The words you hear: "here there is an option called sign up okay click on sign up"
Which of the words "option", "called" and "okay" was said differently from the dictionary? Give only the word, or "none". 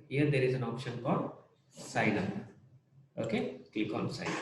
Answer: none